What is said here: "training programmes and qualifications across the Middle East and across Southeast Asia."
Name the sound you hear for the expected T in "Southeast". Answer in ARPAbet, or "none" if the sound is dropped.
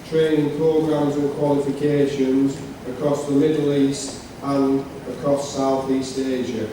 T